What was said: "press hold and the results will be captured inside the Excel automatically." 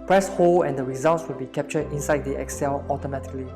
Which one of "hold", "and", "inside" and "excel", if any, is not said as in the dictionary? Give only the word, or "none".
hold